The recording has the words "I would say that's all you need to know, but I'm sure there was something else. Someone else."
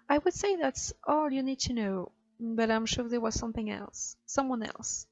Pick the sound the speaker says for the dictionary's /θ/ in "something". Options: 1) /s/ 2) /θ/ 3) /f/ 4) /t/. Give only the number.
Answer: 2